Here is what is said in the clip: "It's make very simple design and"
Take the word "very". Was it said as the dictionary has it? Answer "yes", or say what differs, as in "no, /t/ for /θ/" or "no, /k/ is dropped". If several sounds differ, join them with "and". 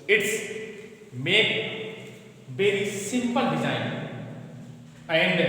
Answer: no, /b/ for /v/